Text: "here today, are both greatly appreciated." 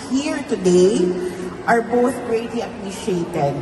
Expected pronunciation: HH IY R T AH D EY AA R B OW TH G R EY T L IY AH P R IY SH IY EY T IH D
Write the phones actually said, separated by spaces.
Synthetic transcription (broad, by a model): HH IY R T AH D EY AA R B OW TH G R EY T L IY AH P R IY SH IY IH T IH D